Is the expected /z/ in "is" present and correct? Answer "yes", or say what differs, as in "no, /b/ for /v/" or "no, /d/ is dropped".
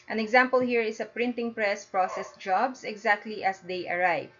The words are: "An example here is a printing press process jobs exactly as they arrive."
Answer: no, /s/ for /z/